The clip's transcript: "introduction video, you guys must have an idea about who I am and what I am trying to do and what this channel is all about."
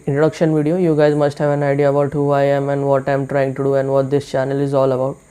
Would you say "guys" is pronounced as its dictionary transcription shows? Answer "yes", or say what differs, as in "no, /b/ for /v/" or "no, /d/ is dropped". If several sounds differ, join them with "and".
yes